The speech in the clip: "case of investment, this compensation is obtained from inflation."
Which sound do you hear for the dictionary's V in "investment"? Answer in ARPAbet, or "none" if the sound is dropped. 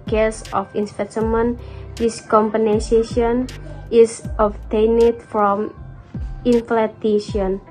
P